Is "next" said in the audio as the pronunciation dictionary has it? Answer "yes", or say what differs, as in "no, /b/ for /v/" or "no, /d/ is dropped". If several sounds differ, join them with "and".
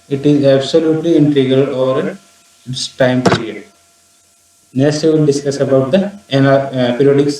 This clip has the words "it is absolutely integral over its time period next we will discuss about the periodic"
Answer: no, /k/ is dropped